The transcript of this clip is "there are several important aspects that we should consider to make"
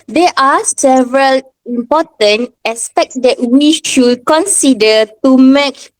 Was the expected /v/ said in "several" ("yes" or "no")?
yes